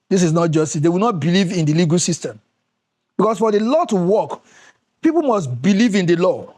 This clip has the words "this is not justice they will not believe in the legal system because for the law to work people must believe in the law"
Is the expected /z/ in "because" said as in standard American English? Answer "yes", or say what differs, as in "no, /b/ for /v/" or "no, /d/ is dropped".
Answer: no, /s/ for /z/